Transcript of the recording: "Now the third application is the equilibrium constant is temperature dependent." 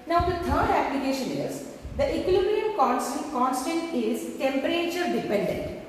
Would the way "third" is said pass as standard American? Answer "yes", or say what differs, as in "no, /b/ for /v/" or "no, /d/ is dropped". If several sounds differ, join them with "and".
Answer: no, /t/ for /θ/